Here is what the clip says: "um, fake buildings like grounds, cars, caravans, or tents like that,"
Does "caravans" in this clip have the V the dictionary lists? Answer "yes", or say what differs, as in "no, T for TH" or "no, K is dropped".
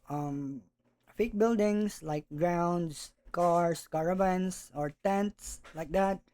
no, B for V